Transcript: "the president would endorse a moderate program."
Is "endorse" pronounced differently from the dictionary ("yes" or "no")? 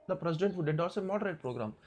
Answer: yes